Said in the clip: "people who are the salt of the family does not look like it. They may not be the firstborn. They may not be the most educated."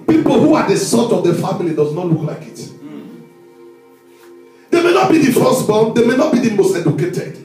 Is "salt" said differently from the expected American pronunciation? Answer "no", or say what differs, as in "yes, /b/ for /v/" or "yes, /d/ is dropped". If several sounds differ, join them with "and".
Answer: yes, /l/ is dropped